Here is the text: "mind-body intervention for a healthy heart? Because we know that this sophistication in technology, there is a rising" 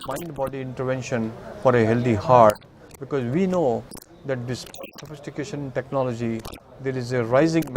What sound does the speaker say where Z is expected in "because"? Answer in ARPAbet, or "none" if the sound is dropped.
Z